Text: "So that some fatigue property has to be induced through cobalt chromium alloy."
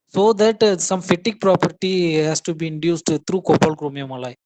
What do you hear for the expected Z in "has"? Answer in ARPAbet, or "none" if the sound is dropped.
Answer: S